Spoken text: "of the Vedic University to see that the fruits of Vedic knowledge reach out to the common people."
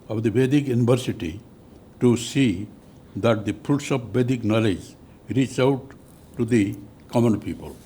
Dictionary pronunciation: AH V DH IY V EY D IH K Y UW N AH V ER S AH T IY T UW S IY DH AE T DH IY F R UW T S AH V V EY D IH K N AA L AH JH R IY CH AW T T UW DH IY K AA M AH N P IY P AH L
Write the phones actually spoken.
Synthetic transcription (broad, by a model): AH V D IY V EY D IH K Y UW N AH V ER S AH T IY T UW S IY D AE T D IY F UW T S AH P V EY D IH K N AA L AH JH R IY CH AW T T UW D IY K AA M AH N P IY P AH L